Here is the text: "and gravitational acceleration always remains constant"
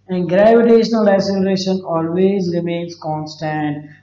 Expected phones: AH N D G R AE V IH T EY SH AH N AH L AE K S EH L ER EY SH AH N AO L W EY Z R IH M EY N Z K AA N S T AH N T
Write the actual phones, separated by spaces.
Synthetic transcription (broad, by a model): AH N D G R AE V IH T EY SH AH N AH L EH S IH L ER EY SH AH N AO L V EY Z R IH M EY N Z K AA N S T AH N T